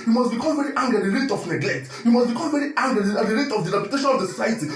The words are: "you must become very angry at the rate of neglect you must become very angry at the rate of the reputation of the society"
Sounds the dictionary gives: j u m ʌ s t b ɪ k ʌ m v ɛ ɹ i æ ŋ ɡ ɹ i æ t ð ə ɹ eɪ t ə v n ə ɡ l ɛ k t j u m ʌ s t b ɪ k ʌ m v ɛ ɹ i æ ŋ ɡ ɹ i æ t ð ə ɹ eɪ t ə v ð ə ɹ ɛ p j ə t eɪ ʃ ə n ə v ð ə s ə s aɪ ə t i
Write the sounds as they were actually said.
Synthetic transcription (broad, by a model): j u m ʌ s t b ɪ k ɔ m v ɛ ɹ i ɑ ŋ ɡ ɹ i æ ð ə ɹ eɪ t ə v n ə ɡ l ɛ k t j u m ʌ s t b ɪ k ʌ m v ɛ ɹ i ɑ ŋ ɡ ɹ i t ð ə ɹ eɪ t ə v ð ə ɹ ɛ p j ə t eɪ ʃ ə n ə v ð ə s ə s aɪ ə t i